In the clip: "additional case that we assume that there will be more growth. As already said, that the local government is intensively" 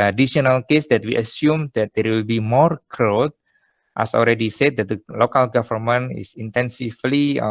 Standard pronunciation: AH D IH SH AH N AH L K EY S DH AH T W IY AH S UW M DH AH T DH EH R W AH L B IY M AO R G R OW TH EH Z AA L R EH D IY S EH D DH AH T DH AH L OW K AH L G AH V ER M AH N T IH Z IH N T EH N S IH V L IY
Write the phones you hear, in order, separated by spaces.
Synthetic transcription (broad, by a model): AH D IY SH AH N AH L K EY S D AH T W IY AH S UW M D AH T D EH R W AH L B IY M AO R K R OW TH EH S AA L R EH D IY S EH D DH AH T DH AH L OW K AH L G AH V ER M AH N IH S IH N T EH N S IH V L IY